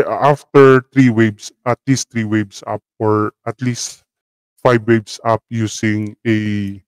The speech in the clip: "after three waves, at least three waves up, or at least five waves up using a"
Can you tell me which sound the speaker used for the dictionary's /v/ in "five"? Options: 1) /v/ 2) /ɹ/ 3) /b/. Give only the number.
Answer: 3